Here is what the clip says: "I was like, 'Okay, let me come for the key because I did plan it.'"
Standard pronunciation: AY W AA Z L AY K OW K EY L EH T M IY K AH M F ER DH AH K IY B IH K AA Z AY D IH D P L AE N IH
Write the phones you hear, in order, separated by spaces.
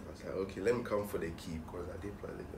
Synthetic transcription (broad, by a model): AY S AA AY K OW K EY L EH T M IY K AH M F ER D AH K IY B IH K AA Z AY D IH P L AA L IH